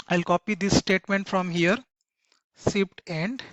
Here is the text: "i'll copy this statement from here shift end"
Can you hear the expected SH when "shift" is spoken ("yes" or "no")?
no